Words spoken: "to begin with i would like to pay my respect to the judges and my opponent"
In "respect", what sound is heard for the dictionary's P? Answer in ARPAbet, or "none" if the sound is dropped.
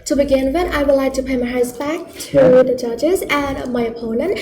B